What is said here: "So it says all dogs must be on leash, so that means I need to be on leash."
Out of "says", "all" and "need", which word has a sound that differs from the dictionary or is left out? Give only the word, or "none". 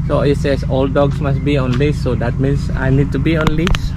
says